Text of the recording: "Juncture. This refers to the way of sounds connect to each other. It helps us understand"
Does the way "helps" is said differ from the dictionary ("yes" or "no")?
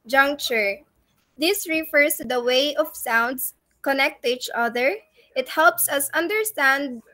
no